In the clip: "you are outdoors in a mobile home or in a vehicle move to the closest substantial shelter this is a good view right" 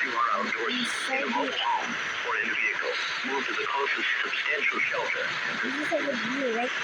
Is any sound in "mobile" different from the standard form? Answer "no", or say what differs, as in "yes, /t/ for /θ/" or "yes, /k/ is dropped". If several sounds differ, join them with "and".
yes, /b/ is dropped